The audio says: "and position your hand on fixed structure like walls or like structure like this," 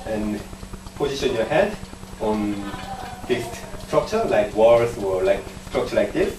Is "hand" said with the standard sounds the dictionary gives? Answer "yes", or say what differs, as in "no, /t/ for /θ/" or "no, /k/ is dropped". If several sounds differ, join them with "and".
no, /n/ is dropped